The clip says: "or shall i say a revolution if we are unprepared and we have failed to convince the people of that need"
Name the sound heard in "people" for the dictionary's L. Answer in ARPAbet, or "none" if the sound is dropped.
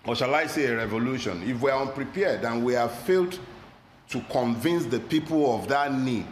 L